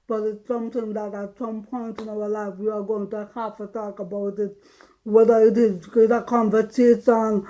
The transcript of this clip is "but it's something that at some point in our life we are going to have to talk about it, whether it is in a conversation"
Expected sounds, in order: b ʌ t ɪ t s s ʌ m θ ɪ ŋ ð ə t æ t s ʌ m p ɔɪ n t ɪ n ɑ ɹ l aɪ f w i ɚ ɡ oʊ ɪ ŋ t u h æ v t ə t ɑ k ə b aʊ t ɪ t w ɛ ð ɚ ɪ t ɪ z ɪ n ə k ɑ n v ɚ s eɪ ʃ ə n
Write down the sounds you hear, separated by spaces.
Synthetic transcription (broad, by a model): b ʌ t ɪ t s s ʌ m t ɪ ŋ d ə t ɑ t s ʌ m p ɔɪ n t ɪ n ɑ w l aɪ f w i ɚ ɡ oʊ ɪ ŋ t u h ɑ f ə t ɑ k ə b aʊ t ɪ t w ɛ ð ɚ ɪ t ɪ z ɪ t ə k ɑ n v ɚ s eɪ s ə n